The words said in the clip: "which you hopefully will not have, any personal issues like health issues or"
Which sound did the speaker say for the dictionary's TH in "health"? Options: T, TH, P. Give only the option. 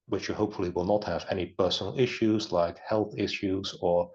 TH